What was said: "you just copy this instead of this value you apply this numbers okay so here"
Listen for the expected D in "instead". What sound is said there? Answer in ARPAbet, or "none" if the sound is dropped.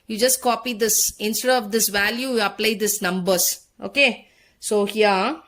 none